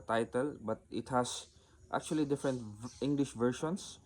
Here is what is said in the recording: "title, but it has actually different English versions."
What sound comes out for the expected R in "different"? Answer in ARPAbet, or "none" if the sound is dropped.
R